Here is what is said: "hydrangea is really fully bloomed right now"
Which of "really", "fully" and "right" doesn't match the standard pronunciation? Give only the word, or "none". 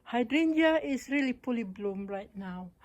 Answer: fully